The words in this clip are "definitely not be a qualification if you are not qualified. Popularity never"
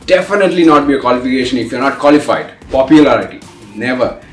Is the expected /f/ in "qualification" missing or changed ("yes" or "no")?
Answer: no